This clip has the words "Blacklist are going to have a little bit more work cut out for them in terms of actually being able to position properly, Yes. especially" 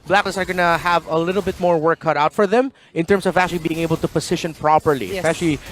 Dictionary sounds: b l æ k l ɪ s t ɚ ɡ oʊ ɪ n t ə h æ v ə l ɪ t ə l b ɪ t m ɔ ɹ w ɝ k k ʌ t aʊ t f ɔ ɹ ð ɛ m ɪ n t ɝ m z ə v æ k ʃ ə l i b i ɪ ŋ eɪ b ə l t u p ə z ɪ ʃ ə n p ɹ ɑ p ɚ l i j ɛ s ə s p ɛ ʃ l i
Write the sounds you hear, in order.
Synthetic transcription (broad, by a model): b l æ k l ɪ s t ɚ ɡ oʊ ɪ n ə h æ v ə l ɪ t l b ɪ t m ɔ ɹ w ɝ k k ʌ t aʊ t f ɔ ɹ ð ɛ m ɪ n t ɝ m s ə v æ k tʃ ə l i b i ɪ ŋ eɪ b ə l t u p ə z ɪ ʃ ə n p ɹ ɑ p ɚ l i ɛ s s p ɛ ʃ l i